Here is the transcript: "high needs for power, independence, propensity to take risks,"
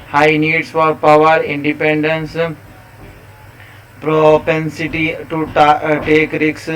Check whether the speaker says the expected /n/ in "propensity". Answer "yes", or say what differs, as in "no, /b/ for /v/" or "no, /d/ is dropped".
yes